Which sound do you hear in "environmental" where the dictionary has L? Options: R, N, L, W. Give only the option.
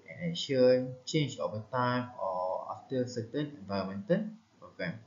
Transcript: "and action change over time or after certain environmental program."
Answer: N